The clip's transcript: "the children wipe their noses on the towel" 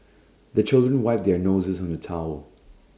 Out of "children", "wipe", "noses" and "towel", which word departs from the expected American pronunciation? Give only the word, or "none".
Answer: none